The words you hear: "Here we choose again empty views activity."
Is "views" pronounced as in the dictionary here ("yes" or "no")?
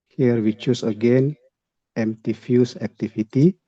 no